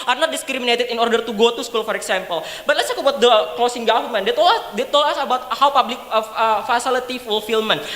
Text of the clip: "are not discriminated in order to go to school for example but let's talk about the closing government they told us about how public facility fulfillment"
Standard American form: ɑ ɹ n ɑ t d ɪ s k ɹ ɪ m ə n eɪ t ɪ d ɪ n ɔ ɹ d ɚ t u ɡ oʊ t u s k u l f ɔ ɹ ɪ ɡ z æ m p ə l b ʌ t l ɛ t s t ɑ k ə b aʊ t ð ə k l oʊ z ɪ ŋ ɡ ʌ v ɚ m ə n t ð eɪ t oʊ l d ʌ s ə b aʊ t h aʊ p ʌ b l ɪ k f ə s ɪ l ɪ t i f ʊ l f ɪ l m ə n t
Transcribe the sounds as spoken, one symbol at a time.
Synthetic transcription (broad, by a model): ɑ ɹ n ɑ t d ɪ s k ɹ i m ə n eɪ t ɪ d ɪ n ɔ ɹ d ɚ t u ɡ oʊ t u s k u l f ɔ ɹ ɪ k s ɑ m p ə l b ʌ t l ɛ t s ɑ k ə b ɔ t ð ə k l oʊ s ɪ ŋ ɡ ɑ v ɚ m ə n t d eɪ t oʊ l ʌ s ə b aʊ t h aʊ p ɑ b l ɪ k f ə s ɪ l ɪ t i f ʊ l f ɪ l m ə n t